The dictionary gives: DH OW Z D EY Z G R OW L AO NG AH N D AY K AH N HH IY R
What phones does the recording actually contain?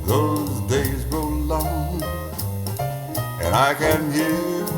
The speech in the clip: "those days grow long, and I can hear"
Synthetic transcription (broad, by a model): DH OW Z D EY Z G OW L AO NG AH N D AY K AH N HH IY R